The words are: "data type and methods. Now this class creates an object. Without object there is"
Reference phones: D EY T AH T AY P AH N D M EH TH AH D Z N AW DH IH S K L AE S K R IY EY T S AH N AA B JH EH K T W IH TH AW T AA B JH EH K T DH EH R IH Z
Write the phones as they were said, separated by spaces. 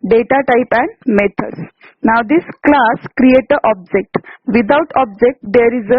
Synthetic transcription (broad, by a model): D EY T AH T AY P AH N D M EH T AH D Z N AW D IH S K L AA S K R IY EY T AH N AA B JH EH K T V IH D AW T AA B JH EH K T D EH R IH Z